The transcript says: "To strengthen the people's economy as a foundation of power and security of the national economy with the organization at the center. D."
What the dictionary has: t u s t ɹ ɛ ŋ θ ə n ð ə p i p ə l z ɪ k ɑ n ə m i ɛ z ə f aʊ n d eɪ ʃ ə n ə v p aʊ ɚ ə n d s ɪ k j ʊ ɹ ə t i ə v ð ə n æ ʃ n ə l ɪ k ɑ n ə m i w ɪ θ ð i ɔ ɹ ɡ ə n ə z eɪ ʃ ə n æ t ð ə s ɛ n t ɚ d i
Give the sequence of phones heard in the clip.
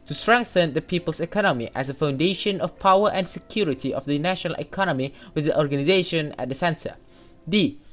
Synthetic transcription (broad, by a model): t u s t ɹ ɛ ŋ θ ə n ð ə p i p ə l s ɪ k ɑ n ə m i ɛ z ə f aʊ n d eɪ ʃ ə n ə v p aʊ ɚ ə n s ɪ k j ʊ ɹ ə t i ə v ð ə n æ ʃ n ə l ɪ k ɑ n ə m i w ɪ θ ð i ɔ ɹ ɡ ə n ə z eɪ ʃ ə n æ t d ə s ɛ n t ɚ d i